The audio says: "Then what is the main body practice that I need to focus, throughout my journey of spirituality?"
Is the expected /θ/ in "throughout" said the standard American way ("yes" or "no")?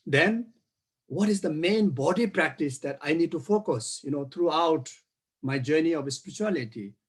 no